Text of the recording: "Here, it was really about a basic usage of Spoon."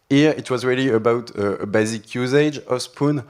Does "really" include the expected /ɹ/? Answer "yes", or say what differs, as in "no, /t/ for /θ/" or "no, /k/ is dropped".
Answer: yes